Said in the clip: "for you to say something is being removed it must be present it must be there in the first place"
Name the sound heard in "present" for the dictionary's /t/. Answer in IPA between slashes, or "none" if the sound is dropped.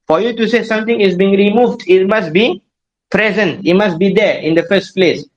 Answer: /t/